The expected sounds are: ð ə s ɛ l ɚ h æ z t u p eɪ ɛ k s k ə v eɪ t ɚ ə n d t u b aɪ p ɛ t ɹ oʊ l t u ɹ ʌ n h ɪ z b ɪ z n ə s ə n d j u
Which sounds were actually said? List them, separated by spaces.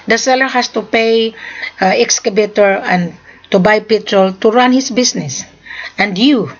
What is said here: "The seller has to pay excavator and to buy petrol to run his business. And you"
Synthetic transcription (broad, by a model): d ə s ɛ l ɚ h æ s t u p eɪ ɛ k s k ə b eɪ t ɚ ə n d t u b aɪ p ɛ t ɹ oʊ l t u ɹ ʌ n h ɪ s b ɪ s n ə s ə n d j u